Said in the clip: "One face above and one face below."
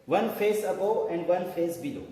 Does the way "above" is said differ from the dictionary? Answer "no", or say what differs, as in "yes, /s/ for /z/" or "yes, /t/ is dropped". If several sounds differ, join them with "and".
yes, /v/ is dropped